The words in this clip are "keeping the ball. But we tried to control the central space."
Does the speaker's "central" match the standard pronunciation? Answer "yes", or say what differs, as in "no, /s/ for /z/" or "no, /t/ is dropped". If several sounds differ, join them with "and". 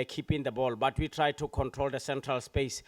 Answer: yes